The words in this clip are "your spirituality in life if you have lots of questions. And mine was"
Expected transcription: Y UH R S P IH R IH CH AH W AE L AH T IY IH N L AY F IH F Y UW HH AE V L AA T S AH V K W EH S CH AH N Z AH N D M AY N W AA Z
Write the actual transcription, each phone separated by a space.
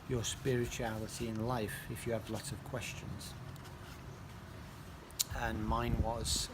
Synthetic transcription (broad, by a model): Y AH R S P IH R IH CH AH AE L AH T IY IH N L AY F IH F Y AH V L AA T AH V K W EH S CH AH N Z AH N M AY N W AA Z